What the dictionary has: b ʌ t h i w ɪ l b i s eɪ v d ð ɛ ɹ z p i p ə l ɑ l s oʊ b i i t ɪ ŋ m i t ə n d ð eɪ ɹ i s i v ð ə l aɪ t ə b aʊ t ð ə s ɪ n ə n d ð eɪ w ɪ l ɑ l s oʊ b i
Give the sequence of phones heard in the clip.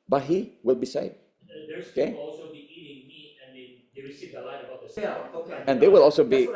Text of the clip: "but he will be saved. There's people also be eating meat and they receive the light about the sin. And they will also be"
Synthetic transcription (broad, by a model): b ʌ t h i w ɪ l b i s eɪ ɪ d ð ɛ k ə ɑ l s oʊ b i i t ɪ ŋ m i ə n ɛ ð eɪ ɹ i s i v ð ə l aɪ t ə b aʊ t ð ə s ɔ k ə n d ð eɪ w ɪ l ɑ l s oʊ b i